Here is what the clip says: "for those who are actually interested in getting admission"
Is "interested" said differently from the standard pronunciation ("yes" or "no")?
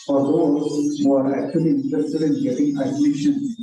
yes